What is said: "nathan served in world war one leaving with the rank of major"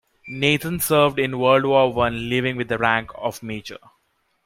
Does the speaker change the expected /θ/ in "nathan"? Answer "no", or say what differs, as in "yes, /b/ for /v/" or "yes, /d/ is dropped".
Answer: yes, /t/ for /θ/